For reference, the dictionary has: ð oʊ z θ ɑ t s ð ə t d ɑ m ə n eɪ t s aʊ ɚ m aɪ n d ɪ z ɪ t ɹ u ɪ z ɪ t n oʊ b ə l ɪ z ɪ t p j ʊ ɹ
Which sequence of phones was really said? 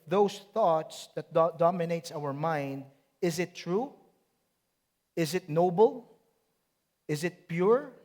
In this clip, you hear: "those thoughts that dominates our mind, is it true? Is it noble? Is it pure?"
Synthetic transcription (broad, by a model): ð oʊ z θ ɑ t s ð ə t d ɑ m ə n eɪ t s aʊ ɚ m aɪ n d ɪ z ɪ t ɹ u ɪ z ɪ t n oʊ b ə l ɪ z ɪ t p j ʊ ɹ